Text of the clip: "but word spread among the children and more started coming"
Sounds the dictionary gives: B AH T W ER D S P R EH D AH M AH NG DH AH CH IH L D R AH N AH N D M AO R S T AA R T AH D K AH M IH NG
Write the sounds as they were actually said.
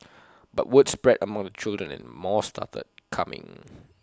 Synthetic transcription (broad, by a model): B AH T W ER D S P R EH D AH M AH NG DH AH CH IH L D R AH N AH N M AO S T AA T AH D K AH M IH NG